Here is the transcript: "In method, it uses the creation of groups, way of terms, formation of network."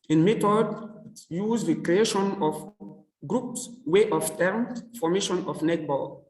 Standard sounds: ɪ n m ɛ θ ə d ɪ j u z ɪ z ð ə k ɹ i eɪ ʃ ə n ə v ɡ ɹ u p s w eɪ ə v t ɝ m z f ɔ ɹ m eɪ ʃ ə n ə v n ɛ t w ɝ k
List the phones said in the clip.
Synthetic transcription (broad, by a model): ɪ n m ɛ t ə d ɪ j u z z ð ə k ɹ i eɪ ʃ ə n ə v ɡ ɹ u p s w eɪ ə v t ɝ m f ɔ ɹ m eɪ ʃ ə n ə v n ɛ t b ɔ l